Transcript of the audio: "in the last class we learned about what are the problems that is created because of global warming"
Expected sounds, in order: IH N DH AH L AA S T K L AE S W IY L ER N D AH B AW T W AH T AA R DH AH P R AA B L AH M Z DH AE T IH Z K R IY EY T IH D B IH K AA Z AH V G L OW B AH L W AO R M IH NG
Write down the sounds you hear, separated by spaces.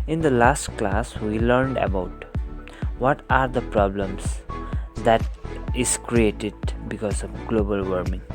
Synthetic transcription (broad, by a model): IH N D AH L AA S T K L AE S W IY L ER N D AH B AW T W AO T AA R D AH P R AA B L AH M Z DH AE T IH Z K R IY EY T IH D B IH K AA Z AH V G L OW B AH L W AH R M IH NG